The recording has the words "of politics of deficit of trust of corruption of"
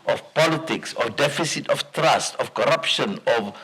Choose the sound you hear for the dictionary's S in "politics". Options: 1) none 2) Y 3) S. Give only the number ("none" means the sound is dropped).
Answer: 3